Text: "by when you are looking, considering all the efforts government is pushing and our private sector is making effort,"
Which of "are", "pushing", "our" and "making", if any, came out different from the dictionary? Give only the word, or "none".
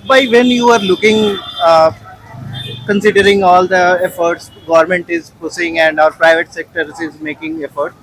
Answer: pushing